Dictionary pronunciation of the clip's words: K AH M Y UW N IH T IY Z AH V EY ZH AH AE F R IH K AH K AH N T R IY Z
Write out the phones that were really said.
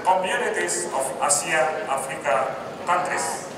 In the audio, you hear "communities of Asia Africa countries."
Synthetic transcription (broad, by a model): K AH M Y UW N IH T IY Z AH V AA S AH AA F R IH K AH K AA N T R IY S